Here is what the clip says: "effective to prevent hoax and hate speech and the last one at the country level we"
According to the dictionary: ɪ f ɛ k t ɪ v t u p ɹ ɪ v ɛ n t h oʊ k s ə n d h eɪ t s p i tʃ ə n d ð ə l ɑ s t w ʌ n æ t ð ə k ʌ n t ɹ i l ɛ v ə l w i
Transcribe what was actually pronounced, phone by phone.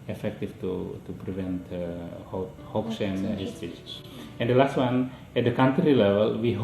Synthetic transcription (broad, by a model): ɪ f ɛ k t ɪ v t u p ɹ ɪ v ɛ n t h oʊ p s ə n d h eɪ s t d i s ə n d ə l ɑ s t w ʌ n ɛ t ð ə k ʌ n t ɹ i l ɛ v ə l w i